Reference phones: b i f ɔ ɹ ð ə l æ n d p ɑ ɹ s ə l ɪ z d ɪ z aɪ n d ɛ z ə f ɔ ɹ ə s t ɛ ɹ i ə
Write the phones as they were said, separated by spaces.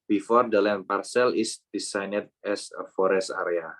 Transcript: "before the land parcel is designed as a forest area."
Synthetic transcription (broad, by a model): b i f ɔ ɹ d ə l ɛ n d p ɑ ɹ s ə l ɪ s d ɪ s aɪ n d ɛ s ə f ɔ ɹ ə s t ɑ ɹ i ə